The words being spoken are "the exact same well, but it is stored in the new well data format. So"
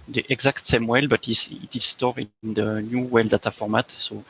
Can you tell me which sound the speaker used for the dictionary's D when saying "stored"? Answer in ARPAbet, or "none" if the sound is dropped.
none